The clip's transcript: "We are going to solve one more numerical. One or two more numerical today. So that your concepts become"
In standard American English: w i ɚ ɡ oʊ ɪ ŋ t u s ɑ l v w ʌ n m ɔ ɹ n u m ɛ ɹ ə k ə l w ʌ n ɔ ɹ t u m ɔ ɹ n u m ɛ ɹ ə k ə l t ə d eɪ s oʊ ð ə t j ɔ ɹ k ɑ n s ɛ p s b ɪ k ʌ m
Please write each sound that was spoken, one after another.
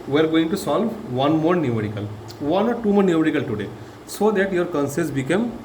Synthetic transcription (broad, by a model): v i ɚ ɡ oʊ ɪ ŋ t u s ɑ l v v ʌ n m ɔ ɹ n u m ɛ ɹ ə k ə l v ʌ n ɔ ɹ t u m ɔ ɹ n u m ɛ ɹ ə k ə l t ə d eɪ s oʊ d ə t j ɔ ɹ k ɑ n s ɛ s b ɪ k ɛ m